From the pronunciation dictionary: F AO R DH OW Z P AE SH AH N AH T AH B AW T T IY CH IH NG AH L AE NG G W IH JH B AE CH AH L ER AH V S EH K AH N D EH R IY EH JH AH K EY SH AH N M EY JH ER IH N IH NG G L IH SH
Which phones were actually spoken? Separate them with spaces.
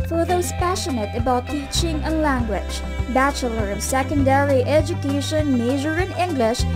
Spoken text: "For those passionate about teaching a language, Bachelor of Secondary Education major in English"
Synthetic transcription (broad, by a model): F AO R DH OW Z P AE SH AH N AH T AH B AW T T IY CH IH NG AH L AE NG G W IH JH B AE CH AH L ER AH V S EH K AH N D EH R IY EH JH AH K EY SH AH N M EY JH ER IH N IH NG G L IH SH